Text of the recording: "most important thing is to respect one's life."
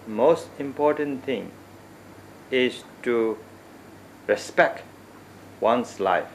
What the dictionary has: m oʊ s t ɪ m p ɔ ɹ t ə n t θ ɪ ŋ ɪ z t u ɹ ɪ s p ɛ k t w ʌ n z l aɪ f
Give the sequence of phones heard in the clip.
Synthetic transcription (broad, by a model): m oʊ s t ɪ m p ɔ ɹ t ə n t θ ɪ ŋ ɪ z t u ɹ ɪ s p ɛ k t w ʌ n s l aɪ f